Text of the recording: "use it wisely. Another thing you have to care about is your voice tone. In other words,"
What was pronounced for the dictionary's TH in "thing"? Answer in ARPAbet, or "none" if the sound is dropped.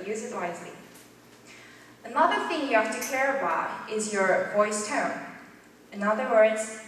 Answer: TH